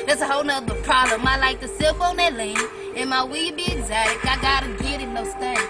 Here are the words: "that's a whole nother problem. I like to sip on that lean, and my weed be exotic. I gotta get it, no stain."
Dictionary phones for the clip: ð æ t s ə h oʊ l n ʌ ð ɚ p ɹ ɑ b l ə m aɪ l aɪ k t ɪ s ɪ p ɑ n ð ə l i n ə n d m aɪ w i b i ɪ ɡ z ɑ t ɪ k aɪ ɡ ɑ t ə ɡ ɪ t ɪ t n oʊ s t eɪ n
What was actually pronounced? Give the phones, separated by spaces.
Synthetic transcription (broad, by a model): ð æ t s ə h oʊ l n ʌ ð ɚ p ɹ ɑ b l ə m aɪ l aɪ k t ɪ s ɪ f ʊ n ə l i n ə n m aɪ w i b i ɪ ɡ z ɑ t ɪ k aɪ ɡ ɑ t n ɡ ɪ t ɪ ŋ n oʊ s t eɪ